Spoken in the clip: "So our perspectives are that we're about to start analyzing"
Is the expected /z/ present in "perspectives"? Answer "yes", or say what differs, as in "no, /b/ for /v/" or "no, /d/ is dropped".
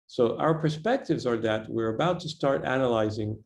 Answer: yes